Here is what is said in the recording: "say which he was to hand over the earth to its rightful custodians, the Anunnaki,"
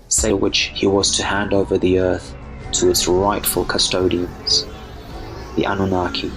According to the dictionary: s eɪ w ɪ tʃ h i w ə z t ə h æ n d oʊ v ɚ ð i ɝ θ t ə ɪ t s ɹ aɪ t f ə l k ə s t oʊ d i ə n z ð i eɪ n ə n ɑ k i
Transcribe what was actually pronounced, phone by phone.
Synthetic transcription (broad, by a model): s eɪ w ɪ tʃ h i w ə z t ə h æ n d oʊ v ɚ ð i ɝ θ t ə ɪ t s ɹ aɪ t f ə l k ə s t oʊ d i ə n z ð i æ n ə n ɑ k i